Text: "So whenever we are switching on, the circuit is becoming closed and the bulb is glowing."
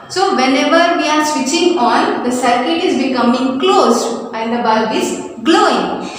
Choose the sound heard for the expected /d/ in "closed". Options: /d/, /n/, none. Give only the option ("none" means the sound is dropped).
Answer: none